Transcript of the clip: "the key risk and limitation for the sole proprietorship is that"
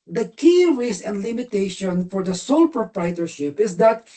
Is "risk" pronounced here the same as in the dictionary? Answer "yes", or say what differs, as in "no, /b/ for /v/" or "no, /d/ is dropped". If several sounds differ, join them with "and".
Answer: no, /k/ is dropped